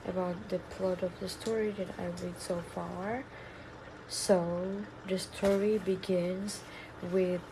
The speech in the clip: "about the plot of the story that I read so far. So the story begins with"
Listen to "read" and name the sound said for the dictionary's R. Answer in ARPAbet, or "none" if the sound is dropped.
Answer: L